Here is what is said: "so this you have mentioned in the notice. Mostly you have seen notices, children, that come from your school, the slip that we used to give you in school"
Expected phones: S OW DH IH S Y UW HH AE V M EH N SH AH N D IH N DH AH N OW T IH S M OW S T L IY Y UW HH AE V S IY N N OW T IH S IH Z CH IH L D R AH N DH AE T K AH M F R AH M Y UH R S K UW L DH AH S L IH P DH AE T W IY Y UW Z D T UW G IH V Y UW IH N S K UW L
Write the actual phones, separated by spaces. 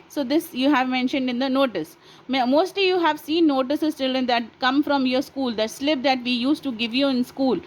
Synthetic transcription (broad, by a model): S OW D IH S Y UW HH AE V M EH N SH AH N D IH N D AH N OW T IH S M OW S T L IY Y UW HH AE V S IY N N OW T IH S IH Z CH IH L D AH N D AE T K AH M F R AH M Y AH R S K UW L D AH S L IH P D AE T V IY Y UW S T UW G IH V Y UW IH N S K UW L